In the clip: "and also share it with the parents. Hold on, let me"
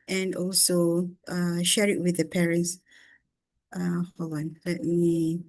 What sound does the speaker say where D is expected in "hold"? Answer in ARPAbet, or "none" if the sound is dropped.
none